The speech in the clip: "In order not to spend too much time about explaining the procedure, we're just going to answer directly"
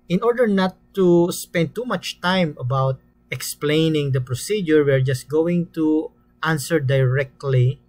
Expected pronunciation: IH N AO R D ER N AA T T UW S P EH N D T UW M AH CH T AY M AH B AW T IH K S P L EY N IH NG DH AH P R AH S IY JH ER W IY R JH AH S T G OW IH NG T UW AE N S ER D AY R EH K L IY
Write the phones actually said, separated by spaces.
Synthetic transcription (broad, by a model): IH N AO R D ER N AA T T UW S P EH N D T UW M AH CH T AY M AH B AW T IH K S P L EY N IH NG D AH P R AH S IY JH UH W IY R JH AH S T G OW IH NG T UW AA N S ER D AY R EH K L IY